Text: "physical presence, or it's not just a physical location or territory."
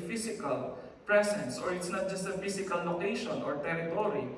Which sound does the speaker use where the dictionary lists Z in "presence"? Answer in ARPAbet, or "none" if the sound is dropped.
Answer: S